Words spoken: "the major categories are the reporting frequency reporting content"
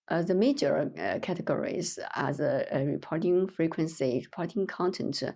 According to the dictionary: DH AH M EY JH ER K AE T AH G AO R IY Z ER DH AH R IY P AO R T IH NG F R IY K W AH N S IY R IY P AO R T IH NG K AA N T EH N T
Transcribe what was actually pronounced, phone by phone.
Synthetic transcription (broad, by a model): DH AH M EY JH ER K AE T AH G AO R IY Z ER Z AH R IY P AO R T IH NG F R IY K W AH N S IY R IY P AO R T IH NG K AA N T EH N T